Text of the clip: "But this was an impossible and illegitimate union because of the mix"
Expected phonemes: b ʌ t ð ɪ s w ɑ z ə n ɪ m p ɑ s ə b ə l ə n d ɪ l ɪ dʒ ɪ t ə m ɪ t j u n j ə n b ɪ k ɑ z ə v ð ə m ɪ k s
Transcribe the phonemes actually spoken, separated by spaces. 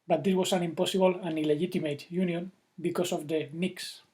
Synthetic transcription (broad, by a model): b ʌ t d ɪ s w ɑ s ə n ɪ m p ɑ s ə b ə l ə n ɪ l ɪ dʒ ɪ t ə m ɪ t j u n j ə n b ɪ k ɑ s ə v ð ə m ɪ k s